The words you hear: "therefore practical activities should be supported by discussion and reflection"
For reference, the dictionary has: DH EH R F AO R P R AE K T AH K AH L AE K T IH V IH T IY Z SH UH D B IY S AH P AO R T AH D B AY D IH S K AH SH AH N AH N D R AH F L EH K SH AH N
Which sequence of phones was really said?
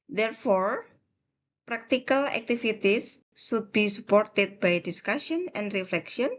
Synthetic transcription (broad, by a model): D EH R F AO R P R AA K T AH K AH L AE K T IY F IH T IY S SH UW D B IY S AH P AO R T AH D B AY D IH S K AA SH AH N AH N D R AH F L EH K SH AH N